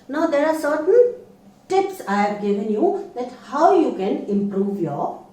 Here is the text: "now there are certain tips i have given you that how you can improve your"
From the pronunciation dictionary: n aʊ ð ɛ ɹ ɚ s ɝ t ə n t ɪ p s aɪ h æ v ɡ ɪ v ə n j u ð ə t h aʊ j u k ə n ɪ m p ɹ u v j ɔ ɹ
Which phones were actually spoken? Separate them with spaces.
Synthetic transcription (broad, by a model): n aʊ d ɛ ɹ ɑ s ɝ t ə l t ɪ p s aɪ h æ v ɡ ɪ v ə n j u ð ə t h aʊ j u k ə n ɪ m p ɹ u v j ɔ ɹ